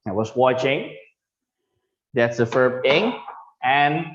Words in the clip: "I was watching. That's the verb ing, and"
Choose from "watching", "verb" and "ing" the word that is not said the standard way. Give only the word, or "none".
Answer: verb